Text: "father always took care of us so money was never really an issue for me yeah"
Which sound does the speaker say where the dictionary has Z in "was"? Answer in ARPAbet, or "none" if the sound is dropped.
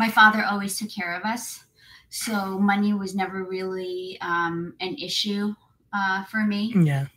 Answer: Z